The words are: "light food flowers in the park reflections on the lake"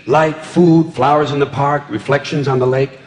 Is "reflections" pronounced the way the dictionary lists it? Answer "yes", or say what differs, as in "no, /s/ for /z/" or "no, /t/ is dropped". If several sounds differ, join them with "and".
yes